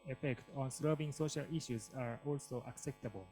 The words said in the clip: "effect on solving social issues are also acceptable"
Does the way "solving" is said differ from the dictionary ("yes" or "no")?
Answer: yes